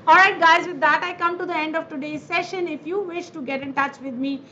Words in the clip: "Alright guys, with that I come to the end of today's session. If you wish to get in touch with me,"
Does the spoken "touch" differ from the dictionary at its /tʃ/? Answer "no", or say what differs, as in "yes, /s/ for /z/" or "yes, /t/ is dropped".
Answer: no